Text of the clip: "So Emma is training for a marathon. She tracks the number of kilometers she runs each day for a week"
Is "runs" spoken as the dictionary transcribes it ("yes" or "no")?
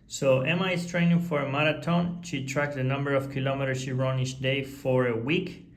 no